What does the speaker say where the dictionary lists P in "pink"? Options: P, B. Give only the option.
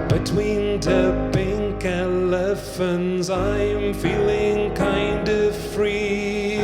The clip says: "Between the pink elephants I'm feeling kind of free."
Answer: B